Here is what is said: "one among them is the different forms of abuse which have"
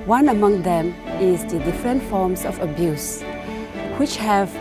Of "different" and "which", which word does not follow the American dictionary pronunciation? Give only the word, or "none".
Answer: none